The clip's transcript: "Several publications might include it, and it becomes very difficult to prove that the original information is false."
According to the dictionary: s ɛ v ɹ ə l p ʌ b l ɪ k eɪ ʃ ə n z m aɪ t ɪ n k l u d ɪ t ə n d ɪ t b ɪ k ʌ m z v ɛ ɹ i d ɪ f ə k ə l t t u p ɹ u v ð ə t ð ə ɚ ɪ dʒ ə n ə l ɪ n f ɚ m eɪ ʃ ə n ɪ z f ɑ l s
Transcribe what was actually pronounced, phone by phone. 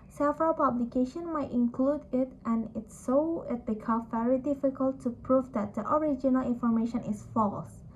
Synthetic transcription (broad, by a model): s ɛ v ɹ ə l p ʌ b l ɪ k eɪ ʃ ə n m aɪ t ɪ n k l u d ɪ t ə n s ɪ t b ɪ k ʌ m v ɛ ɹ i d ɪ f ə k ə l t t u p ɹ u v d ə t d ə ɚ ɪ dʒ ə n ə l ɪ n f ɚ m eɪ ʃ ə n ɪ s f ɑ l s